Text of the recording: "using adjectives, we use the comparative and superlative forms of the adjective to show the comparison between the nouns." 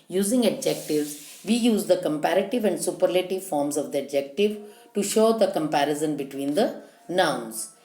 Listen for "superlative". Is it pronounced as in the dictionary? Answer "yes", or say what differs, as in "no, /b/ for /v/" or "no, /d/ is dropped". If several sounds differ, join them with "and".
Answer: yes